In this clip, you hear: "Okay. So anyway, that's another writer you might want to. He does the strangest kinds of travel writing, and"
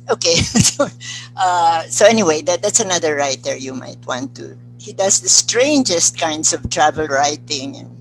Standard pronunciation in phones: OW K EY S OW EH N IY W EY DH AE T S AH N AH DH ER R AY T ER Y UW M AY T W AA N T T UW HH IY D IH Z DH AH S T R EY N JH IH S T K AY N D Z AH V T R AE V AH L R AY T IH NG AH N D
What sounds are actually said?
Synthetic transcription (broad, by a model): OW K EY S OW EH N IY W EY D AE T S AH N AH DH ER R AY T ER Y UW M AY T W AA N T T UW HH IY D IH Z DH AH S T R EY N JH IH S T K AY N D S AH V T R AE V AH L R AY T IH NG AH N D